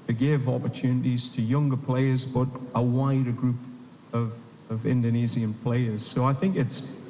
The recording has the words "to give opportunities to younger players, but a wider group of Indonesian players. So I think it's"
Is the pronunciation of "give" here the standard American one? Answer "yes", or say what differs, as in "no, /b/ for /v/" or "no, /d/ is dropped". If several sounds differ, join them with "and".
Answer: yes